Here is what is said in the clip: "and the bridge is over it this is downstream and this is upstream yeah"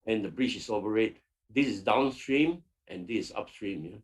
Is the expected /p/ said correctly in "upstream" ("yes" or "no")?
yes